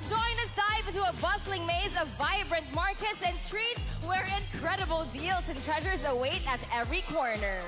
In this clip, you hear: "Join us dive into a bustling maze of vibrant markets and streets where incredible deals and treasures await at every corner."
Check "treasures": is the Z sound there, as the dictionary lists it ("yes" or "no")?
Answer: yes